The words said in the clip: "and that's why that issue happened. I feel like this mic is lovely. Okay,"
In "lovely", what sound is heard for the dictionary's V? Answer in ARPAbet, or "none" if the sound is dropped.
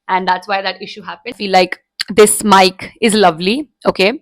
V